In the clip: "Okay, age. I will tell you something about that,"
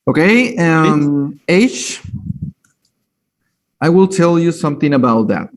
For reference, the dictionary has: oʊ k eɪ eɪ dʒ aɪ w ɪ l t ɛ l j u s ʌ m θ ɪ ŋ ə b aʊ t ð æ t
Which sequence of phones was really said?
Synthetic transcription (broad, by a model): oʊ k eɪ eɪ ʃ aɪ w ɪ l t ɛ l j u s ʌ m θ ɪ ŋ ə b aʊ t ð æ t